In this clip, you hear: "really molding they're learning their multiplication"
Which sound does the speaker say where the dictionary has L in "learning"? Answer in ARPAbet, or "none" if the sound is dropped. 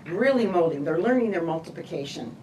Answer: L